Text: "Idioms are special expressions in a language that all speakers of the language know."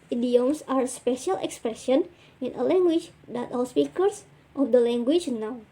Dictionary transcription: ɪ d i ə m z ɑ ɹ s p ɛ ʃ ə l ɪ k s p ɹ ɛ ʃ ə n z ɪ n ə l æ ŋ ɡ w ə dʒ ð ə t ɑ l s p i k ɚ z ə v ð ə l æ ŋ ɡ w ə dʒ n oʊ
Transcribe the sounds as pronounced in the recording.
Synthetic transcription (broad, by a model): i d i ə m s ɑ ɹ s p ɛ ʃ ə l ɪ k s p ɹ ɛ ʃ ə n ɪ n ə l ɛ ŋ ɡ w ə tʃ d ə t ɑ l s p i k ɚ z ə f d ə l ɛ ŋ ɡ w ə tʃ n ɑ